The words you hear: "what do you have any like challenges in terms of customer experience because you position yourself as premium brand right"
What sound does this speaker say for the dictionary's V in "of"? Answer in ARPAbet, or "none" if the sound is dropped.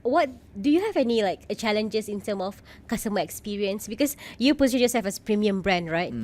F